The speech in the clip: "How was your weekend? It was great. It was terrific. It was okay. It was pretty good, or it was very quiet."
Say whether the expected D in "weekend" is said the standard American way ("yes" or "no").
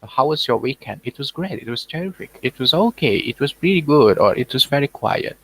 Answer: yes